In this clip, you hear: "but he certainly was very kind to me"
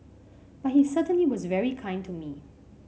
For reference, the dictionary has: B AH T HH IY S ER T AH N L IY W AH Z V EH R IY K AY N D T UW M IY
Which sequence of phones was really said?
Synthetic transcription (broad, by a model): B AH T HH IY S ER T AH N L IY W AH Z V EH R IY K AY N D T UW M IY